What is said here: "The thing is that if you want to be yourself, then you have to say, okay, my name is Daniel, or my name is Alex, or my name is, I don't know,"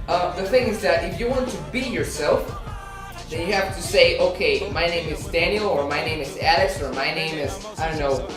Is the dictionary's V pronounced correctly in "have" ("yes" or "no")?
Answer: no